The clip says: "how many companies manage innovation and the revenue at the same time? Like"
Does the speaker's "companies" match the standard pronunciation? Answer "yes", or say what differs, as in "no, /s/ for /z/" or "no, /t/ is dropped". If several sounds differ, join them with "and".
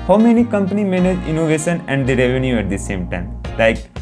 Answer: no, /z/ is dropped